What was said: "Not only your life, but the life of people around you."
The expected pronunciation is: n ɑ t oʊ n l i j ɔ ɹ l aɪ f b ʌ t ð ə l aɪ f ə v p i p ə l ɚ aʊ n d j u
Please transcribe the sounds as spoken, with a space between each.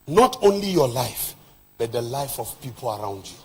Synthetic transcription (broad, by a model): n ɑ t oʊ n l i j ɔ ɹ l aɪ f b ʌ t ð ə l aɪ f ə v p i p ə l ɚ aʊ n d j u